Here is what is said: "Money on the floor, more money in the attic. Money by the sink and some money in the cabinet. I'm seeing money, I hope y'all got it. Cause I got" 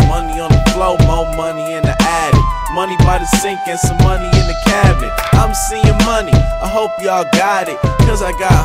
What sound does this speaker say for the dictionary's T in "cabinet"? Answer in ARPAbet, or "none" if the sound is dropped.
none